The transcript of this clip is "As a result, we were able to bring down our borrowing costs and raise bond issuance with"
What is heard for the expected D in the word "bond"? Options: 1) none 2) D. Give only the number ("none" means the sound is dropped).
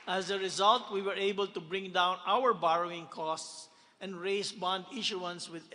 2